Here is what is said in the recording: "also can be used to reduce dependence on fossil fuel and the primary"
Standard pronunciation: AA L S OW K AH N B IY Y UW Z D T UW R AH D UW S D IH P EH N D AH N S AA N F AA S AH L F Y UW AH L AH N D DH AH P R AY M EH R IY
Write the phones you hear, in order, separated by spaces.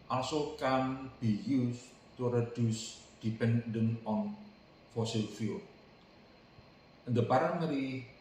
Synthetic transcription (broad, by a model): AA L S OW K AH N B IY Y UW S T UW R AH D UW S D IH P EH N D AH N AA N F AA S AH L F Y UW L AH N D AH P R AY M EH R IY